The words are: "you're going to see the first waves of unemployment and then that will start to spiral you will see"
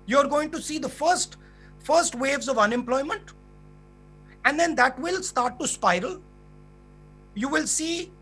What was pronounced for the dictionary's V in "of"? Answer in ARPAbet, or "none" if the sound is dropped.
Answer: V